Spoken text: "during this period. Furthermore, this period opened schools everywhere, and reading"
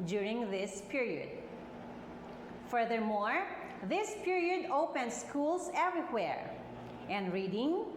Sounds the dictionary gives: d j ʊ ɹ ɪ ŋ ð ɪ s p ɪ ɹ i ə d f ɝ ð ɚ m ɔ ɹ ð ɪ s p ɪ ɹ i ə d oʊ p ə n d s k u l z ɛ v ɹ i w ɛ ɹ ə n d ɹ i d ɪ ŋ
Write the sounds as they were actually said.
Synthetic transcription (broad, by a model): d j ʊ ɹ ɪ ŋ ð ɪ s p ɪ ɹ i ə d f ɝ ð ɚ m ɔ ɹ ð ɪ s p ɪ ɹ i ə d oʊ p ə n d s k u l s ɛ v ɹ i w ɛ ɹ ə n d ɹ i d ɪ ŋ